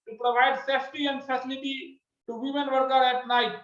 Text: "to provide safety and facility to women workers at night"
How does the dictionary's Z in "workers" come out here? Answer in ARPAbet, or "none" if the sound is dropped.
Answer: none